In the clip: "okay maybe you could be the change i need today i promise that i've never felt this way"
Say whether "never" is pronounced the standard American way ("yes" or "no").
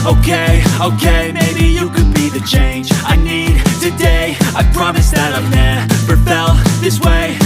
no